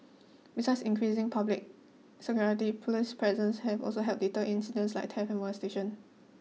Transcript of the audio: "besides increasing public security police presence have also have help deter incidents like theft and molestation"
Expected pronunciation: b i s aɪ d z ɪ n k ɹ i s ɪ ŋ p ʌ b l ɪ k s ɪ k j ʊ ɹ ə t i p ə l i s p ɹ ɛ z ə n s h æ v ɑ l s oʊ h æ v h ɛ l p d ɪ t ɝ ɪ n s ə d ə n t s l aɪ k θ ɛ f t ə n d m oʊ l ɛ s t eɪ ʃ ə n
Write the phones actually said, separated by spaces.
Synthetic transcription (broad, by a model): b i s aɪ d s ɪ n k ɹ i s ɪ ŋ p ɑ b l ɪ k s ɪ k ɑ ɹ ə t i p l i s p ɹ ɛ z ə n s h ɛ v ɑ l s oʊ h h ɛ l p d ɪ t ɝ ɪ n s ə d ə n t s l aɪ k t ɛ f ə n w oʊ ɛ s t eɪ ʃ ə n